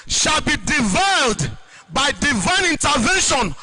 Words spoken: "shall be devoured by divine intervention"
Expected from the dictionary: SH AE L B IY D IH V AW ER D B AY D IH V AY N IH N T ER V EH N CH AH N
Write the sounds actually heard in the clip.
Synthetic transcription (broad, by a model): SH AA L B IY D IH V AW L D B AY D IH V AY N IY N T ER V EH N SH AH N